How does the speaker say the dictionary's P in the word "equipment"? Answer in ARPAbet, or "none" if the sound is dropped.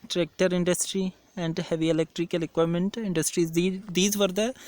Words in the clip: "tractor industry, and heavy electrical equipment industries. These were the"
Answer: none